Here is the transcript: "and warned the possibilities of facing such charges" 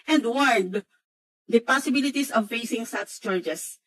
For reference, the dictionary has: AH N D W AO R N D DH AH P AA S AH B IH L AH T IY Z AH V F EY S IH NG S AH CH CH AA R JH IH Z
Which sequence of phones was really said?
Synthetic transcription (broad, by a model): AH N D W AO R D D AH P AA S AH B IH L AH T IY S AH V F EY S IH NG S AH S CH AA R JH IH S